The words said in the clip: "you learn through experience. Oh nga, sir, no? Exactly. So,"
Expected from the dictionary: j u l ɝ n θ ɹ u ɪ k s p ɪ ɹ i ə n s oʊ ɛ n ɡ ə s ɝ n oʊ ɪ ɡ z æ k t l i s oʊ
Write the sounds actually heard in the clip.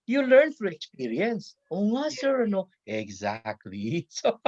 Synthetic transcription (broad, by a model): j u l ɝ n f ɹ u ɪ k s p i ɹ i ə n s oʊ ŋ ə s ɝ n oʊ ɪ ɡ z æ k t l i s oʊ